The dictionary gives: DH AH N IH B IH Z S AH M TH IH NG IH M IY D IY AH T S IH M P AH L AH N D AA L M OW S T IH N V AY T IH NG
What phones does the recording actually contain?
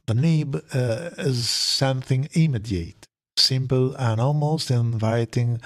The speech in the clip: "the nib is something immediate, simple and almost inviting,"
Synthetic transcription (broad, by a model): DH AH N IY B IH Z S AH M TH IH NG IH M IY D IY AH T S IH M P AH L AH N AA L M OW S T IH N V AY T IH NG